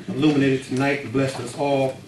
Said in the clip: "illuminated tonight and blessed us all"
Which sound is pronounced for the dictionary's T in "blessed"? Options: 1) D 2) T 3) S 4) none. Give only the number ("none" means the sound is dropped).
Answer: 4